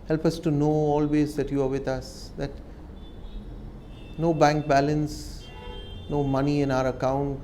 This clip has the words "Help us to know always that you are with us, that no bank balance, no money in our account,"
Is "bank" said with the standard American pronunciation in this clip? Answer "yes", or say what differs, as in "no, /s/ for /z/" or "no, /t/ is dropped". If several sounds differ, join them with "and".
yes